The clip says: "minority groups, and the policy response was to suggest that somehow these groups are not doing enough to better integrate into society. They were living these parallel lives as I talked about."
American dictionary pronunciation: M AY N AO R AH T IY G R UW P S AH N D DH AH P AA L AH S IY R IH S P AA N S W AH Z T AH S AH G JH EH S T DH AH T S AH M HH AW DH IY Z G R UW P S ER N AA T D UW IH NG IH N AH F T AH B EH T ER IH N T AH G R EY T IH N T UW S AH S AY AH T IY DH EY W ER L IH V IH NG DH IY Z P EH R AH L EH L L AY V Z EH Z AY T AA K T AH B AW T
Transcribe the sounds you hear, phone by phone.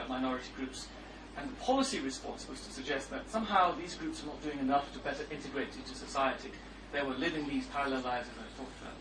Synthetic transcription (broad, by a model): M AY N AO R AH T IY G R UW P S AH N DH AH P AA L AH S IY R IH S P AA N S W AH Z T AH S AH G JH EH S T DH AH T S AH M HH AW DH IY Z G R UW P S ER N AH T D UW IH NG IH N AH F T AH B EH T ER IH N T AH G R EY T IH N T UW S AH S AY AH T IY DH EY W ER L IH V IH NG DH IY Z P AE R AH L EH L L AY Z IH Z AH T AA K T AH